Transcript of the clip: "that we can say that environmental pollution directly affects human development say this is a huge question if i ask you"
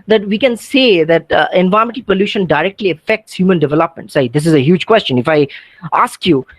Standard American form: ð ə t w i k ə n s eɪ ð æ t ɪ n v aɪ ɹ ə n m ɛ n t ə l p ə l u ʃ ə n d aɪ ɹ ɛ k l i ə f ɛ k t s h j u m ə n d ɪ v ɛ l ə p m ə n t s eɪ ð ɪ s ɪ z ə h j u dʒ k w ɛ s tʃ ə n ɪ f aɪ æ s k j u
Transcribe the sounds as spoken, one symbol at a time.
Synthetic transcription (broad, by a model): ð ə t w i k ə n s eɪ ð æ t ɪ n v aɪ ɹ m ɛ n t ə p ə l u ʃ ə n d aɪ ɹ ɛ k l i ə f ɛ k t s h j u m ə n d ɪ v ɛ l ə p m ə n t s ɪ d ɪ s ɪ z ə h j u dʒ k w ɛ s tʃ ə n ɪ f aɪ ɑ s k j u